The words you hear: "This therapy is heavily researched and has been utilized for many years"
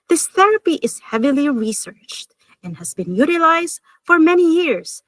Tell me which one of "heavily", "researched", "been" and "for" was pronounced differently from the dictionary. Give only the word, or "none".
none